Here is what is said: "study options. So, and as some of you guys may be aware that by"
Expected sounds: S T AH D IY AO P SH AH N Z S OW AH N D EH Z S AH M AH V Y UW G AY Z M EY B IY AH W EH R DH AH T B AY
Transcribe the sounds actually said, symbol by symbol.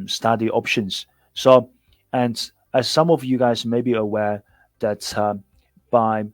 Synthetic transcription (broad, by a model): S T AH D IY AO P SH AH N Z S OW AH N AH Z S AH M AH V Y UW G AY Z M EY B IY AH W EH R DH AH T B AY